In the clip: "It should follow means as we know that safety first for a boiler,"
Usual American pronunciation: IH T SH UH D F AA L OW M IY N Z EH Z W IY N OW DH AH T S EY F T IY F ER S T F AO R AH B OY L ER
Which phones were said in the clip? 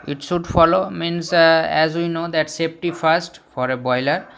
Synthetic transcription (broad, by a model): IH T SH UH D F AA L OW M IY N S EH Z W IY N OW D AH T S EY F T IY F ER S T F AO R AH B OY L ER